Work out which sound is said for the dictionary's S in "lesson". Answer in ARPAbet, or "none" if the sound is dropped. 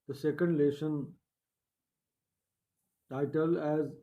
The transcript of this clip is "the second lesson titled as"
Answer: SH